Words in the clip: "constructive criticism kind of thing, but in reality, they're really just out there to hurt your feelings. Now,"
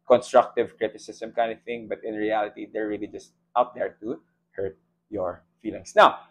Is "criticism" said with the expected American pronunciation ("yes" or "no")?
no